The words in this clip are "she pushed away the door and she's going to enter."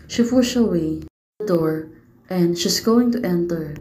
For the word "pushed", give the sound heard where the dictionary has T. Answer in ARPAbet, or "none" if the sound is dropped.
none